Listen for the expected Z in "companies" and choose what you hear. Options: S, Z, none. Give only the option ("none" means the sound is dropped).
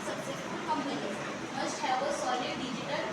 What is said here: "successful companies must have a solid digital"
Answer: none